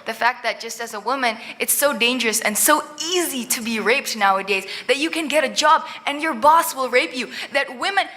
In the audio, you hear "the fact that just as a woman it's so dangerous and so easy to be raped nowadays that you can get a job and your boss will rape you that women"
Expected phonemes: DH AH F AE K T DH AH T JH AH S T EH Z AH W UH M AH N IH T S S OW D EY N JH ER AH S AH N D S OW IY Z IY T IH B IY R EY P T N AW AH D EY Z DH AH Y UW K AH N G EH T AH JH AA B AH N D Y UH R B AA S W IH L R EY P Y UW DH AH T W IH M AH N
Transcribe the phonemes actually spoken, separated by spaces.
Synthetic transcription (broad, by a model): DH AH F AE K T DH AH T JH AH S T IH Z AH W UH M AH N IH T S S OW D EY N JH ER AH S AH N S OW IY Z IY T IH B IY R EY P T N AW AH D EY Z DH AH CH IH K AH N G EH T AH JH AA B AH N Y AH R B AA S W IH L R EY P Y UW DH AH T W IH M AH N